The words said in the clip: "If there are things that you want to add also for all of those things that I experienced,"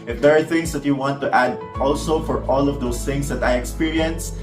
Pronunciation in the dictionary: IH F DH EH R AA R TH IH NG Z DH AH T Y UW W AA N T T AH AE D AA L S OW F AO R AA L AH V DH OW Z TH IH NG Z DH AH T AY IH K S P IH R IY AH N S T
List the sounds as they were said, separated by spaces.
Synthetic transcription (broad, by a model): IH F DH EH R AA R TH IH NG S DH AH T Y UW W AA N T T AE D AA L S OW F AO R AA L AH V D OW S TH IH NG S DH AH T AY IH K S P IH R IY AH N S